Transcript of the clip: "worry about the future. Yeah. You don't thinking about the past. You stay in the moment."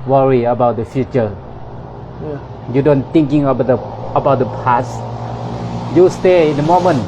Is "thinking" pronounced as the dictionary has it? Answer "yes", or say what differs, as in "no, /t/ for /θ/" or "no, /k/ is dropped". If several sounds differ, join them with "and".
no, /t/ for /θ/